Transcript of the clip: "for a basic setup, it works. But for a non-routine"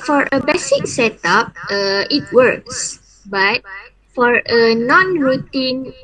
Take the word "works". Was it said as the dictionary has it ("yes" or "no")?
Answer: yes